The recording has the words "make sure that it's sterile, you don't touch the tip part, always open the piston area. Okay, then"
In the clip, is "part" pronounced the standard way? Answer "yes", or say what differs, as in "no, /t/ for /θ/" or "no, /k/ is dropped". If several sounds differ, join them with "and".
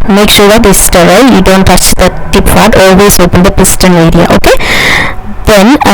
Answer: no, /f/ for /p/